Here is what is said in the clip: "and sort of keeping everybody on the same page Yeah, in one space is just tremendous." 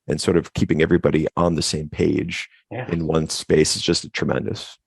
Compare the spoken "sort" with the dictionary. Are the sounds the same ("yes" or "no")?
yes